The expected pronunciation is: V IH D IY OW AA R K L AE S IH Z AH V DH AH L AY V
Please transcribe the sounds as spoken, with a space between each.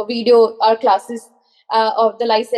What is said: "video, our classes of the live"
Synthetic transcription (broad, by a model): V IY D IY OW AA R K L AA S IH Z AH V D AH L AY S